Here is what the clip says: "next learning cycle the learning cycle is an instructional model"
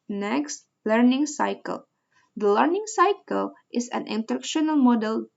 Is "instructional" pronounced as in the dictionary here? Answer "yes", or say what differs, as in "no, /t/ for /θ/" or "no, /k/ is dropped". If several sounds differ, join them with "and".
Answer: no, /s/ is dropped